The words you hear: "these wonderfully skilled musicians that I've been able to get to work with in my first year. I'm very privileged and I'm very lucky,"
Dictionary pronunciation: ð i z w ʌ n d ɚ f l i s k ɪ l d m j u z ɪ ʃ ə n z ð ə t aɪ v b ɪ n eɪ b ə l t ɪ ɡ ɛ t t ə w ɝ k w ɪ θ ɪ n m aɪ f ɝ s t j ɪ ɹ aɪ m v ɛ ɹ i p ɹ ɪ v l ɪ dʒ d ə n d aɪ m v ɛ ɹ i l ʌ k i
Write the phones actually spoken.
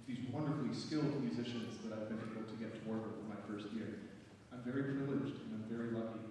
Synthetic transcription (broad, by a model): ð i z w ʌ n d ɚ f l i s k ɪ l d m j u z ɪ ʃ ə n z ð ə t aɪ v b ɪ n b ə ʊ t ɪ ɡ ɛ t t ə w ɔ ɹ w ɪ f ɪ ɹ m aɪ f ɝ s t j ɪ ɹ aɪ m v ɛ ɹ i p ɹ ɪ l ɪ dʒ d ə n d aɪ m v ɛ ɹ i l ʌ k i